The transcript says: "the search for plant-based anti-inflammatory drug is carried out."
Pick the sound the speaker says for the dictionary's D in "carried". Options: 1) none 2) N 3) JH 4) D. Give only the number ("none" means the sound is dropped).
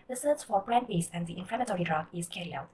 1